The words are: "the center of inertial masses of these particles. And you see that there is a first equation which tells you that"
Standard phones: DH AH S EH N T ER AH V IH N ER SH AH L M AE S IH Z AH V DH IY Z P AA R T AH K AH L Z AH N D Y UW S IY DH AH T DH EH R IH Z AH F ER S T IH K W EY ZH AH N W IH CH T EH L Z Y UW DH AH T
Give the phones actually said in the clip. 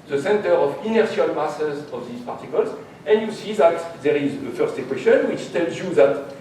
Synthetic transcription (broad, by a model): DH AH S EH N T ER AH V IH N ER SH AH L M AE S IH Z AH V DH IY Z P AA R T AH K AH L Z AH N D Y UW S IY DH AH T DH EH R IH Z AH F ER S T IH K W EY SH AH N W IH CH T EH L Z Y UW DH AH T